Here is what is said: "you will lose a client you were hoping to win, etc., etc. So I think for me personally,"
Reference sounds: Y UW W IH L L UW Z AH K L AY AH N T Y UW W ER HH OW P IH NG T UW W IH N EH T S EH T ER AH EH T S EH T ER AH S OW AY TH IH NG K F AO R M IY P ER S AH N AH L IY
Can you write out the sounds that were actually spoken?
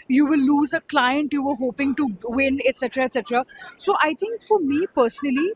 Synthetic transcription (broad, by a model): Y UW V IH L L UW Z AH K L AY AH N T Y UW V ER HH OW P IH NG T UW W IH N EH T S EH T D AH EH T S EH T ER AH S OW AY T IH NG K F AO R M IY P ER S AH N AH L IY